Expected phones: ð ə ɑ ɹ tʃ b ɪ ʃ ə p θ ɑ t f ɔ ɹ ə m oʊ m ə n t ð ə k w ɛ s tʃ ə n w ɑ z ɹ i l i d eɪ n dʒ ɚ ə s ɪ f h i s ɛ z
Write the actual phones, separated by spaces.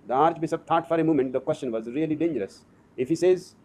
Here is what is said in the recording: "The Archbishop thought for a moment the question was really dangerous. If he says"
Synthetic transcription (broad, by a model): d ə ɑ ɹ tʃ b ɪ s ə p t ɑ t f ɔ ɹ ə m oʊ m ə n t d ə k w ɛ s tʃ ə n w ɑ z ɹ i l i d eɪ n dʒ ɚ ə s ɪ f h i s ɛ z